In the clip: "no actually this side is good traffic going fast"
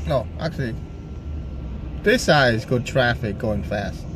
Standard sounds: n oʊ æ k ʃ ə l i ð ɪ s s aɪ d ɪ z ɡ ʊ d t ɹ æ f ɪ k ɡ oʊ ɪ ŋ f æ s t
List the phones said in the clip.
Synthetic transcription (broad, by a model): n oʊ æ k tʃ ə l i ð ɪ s s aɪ ɪ z ɡ ʊ d t ɹ æ f ɪ k ɡ oʊ ɪ ŋ f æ s t